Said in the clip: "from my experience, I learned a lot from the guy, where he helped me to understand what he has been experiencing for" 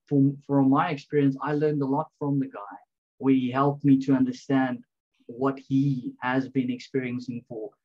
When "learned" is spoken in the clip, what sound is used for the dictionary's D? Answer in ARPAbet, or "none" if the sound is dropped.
D